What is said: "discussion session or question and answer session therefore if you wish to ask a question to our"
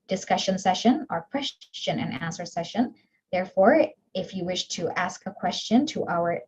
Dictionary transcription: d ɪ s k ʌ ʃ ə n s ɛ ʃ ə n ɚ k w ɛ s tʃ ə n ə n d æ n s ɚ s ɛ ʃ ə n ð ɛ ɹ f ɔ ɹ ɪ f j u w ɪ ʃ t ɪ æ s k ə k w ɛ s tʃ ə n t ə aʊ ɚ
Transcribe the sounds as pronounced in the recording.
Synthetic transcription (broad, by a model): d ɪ s k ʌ ʃ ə n s ɛ ʃ ə n ɚ k w ɛ s tʃ ə n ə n æ n s ɚ s ɛ ʃ ə n ð ɛ ɹ f ɔ ɹ ɪ f j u w ɪ ʃ t ɪ æ s k ə k w ɛ s tʃ ə n t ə aʊ ɚ